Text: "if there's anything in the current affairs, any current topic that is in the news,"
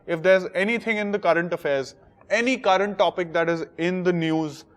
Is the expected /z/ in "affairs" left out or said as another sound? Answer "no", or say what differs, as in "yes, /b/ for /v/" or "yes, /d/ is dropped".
no